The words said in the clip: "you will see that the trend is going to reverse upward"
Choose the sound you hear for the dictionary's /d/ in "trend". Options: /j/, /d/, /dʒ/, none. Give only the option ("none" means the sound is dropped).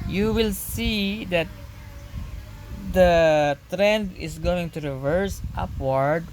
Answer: /d/